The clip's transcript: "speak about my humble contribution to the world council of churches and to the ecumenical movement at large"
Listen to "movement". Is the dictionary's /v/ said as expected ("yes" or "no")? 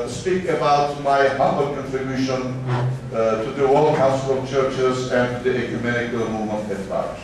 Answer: no